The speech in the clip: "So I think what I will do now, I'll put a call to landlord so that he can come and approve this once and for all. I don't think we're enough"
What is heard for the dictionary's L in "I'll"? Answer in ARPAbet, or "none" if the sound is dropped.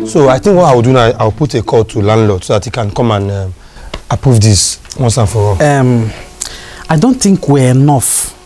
W